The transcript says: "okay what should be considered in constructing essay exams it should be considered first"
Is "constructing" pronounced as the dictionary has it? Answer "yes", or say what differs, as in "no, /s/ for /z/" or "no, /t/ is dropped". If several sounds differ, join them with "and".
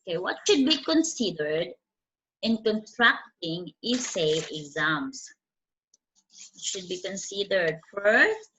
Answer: no, /s/ is dropped